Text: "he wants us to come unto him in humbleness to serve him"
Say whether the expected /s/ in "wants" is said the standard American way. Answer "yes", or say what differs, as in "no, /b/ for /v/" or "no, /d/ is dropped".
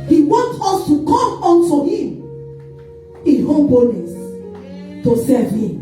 no, /s/ is dropped